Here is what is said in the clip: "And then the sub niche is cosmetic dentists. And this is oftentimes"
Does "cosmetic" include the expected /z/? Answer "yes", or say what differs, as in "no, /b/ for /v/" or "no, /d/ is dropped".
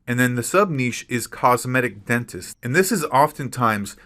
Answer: yes